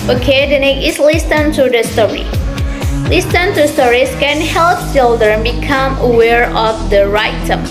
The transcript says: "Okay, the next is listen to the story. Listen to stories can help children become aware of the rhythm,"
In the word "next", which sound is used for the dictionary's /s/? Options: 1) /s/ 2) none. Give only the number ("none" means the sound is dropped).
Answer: 2